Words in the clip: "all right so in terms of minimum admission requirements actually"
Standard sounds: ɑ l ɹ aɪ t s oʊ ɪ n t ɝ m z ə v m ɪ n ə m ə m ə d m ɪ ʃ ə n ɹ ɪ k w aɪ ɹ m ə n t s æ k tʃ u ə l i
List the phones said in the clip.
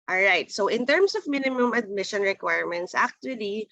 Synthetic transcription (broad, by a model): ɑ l ɹ aɪ t s oʊ ɪ n t ɝ m s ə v m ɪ n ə m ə m ə d m ɪ ʃ ə n ɹ ɪ k w aɪ ɹ m ə n t s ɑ k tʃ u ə l i